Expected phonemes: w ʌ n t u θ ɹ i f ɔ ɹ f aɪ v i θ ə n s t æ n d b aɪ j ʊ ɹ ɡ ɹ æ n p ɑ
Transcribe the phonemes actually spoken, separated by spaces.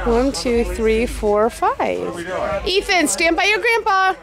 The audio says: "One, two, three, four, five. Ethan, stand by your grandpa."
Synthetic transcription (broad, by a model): w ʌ n t u θ ɹ i f ɔ ɹ f aɪ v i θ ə n s t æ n b aɪ j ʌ ɹ ɡ ɹ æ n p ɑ